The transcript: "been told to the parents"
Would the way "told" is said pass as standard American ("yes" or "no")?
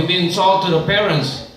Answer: no